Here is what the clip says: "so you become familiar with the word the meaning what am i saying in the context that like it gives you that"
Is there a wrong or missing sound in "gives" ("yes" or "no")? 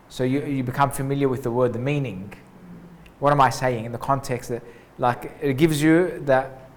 no